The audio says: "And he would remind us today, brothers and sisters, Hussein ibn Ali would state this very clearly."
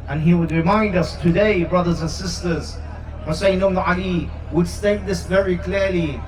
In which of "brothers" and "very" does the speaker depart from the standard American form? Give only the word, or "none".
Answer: none